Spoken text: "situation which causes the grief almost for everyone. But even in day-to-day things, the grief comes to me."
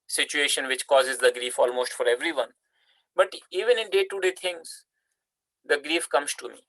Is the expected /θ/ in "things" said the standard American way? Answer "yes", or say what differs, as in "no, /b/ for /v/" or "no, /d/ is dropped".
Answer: no, /t/ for /θ/